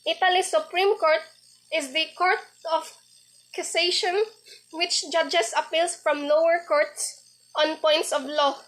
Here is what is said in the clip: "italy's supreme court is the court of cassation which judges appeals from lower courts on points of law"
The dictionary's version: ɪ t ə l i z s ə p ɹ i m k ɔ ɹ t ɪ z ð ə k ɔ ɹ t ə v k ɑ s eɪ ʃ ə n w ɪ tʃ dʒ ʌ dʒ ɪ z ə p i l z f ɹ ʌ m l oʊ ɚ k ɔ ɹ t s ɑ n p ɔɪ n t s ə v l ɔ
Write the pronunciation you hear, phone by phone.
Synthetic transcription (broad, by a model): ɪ t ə l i s ə p ɹ i m k ɔ ɹ t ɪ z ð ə k ɔ ɹ t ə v k ɑ s eɪ ʃ ə n w ɪ tʃ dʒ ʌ dʒ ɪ s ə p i l s f ɹ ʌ m l oʊ ɚ k ɔ ɹ t s ɑ n p ɔɪ n t s ə v l ɔ